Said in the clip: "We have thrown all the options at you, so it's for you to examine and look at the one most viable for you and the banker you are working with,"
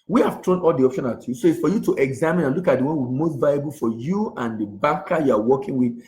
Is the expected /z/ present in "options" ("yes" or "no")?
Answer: no